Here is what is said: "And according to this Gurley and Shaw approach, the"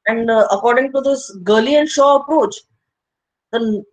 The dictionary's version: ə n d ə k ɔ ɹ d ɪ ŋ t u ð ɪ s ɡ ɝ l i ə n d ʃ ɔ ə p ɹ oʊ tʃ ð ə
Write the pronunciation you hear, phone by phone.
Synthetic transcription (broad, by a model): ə n d ə k ɔ ɹ d ɪ ŋ t u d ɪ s ɡ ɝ l i ə n d ʃ ɔ ə p ɹ oʊ tʃ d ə